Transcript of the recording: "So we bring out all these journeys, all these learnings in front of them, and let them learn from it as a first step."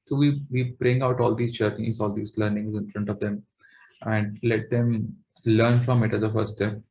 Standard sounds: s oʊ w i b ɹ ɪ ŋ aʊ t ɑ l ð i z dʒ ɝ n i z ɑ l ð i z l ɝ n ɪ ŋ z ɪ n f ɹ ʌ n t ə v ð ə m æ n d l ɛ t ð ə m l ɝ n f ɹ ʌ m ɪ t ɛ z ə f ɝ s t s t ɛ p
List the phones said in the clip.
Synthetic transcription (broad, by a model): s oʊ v i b ɹ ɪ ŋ aʊ t ɑ l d i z tʃ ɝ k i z ɑ l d i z l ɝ n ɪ ŋ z ɪ n f ɹ ʌ n t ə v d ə m æ n d l ɛ t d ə m l ɝ n f ɹ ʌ m ɪ t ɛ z ə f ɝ t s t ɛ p